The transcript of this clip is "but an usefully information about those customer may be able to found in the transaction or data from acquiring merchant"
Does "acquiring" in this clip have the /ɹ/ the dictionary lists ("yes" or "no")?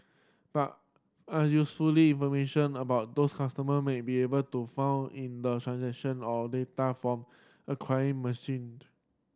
no